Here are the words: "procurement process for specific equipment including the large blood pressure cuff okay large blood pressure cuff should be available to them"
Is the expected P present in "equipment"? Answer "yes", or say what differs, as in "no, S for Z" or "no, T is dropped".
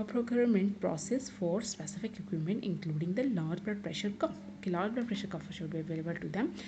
no, P is dropped